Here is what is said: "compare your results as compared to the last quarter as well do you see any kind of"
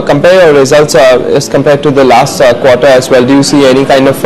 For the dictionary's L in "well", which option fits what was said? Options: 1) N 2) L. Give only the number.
2